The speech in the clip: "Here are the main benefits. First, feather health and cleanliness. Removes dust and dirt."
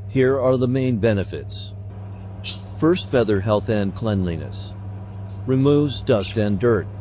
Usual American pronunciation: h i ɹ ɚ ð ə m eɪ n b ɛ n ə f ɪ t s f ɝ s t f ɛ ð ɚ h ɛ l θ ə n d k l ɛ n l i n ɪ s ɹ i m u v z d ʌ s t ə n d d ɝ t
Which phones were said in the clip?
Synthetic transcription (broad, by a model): h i ɹ ɚ ð ə m eɪ n b ɛ n ə f ɪ t s f ɝ s t f ɛ ð ɚ h ɛ l θ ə n k l ɛ n l i n ɪ s ɹ i m u v z d ʌ s t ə n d d ɝ t